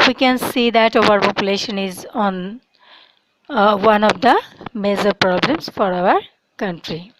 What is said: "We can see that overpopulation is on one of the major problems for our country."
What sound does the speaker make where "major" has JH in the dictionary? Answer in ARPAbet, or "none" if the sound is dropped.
Z